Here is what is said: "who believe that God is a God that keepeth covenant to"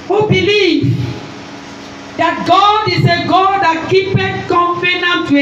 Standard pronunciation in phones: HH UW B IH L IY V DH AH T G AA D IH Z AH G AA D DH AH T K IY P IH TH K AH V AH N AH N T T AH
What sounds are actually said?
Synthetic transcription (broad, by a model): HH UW B IH L IY V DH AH T G AA D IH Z AH G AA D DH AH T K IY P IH T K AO F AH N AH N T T